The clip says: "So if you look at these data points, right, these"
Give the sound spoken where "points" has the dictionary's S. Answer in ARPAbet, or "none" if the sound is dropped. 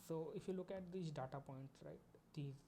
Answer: none